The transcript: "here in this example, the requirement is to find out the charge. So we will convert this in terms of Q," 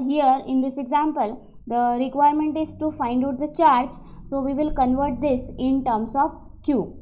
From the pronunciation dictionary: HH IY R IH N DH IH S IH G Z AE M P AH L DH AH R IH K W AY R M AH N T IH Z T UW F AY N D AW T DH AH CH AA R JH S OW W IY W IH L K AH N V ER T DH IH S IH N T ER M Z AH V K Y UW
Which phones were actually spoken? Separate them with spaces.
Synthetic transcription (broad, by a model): HH IY R IH N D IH S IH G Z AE M P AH L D AH R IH K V AY R M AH N T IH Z T UW F AY N D AW T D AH CH AA R JH S OW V IY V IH L K AH N V ER T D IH S IH N T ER M S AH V K Y UW